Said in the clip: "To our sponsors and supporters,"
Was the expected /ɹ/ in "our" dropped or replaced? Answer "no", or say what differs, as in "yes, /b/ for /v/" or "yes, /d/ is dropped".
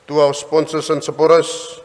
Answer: yes, /w/ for /ɹ/